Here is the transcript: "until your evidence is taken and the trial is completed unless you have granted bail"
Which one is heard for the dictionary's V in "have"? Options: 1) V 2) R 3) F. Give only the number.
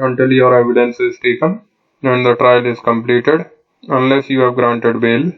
1